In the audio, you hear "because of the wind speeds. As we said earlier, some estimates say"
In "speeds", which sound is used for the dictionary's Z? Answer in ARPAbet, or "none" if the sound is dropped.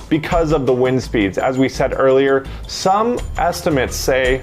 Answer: Z